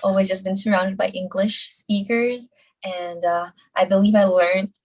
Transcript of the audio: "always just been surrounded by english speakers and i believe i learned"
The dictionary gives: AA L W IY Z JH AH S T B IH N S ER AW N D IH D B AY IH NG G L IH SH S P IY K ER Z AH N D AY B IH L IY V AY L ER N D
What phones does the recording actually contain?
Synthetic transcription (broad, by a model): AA L W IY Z JH AH S B IH N S ER AW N D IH D B AY IH NG G L IH SH S P IY K ER Z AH N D AY B IH L IY V AY L ER N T